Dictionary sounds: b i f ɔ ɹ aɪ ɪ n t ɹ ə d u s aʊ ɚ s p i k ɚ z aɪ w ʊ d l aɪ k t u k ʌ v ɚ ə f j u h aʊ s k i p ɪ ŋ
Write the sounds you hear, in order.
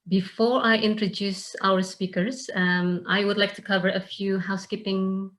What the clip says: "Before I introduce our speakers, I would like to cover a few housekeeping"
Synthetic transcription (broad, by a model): b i f ɔ ɹ aɪ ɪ n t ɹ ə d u s aʊ ɚ s p i k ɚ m aɪ w ʊ d l aɪ k t u k ʌ v ɚ ə f j u h aʊ s k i p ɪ ŋ